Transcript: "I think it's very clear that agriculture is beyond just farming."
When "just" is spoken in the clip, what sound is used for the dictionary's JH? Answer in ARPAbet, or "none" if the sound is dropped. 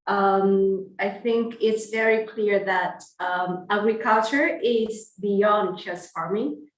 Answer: CH